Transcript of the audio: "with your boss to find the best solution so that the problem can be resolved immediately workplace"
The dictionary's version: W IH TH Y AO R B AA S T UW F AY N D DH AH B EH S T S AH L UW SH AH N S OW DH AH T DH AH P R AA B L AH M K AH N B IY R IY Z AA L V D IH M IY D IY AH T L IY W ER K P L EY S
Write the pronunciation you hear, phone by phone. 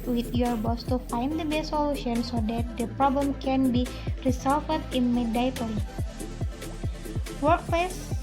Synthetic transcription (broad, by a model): W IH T Y AO R B AA S T UW F AY N D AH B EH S S AH L UW SH AH N S OW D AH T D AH P R AA B L AH M K AH N B IY R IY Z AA L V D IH M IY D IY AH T IY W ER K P L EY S